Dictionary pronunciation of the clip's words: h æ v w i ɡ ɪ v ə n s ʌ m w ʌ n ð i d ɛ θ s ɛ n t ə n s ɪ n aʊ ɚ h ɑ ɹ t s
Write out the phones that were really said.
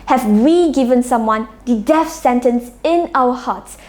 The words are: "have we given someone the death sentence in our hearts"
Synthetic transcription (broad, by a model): h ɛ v w i ɡ ɪ v ə n s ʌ m w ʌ n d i d ɛ f s ɛ n t ə n s ɪ n aʊ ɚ h ɑ t s